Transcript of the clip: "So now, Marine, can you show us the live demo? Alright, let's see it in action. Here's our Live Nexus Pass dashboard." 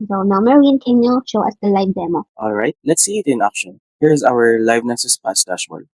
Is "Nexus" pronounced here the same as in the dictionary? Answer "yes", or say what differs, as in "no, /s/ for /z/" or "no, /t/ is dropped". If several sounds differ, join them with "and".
no, /k/ is dropped